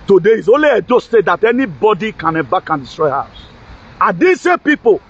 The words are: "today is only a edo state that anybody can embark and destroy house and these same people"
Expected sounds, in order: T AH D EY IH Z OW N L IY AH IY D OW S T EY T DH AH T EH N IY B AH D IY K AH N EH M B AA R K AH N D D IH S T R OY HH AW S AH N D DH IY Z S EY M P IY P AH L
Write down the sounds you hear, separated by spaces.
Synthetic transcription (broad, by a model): T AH D EY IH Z OW N L IY AH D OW S T EY T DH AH T EH N IY B AH D IY K AH N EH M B AA K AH N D D IH S T R OY HH AW S AH N D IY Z S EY P IY P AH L